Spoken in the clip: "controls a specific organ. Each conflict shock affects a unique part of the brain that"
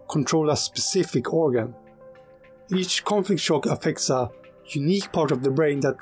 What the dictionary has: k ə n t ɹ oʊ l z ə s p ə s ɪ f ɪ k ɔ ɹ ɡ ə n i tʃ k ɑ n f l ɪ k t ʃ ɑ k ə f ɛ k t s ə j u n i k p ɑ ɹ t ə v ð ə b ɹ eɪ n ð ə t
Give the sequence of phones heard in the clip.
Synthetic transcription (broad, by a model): k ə n t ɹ oʊ l ə s p ə s ɪ f ɪ k ɔ ɹ ɡ ə n i tʃ k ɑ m f l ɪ k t ʃ ɑ k ə f ɛ k t s ə j u n i k p ɑ ɹ t ə v ð ə b ɹ eɪ n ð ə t